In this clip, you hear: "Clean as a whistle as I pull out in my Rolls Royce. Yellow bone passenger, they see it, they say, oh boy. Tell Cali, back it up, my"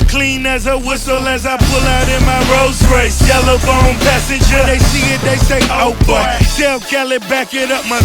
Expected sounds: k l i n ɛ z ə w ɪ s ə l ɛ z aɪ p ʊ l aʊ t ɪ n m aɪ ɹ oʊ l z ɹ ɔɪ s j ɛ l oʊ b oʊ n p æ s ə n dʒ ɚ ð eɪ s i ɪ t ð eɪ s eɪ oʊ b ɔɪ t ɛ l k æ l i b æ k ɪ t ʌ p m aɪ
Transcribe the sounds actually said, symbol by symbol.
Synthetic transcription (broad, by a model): k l i n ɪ z ə w ɪ s l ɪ z aɪ p ʊ l aʊ t ɪ n m aɪ ɹ oʊ z ɹ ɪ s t ɛ l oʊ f oʊ n p æ s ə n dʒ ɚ ð eɪ s i ɪ t ð eɪ s eɪ oʊ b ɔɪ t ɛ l k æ l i b æ k ɪ t ʌ p m aɪ